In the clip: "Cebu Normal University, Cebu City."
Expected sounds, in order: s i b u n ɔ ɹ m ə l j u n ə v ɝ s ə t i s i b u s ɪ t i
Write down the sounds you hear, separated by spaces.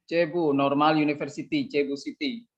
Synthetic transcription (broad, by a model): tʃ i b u n ɔ ɹ m ə l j u n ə f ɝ s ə t i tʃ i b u s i t i